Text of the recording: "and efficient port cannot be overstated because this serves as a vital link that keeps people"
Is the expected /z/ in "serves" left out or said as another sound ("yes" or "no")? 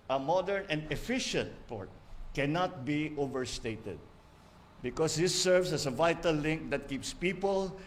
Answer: yes